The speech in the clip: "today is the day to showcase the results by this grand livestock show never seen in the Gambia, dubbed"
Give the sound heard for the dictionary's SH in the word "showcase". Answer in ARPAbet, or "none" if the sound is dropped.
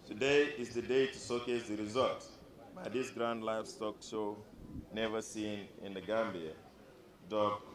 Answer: S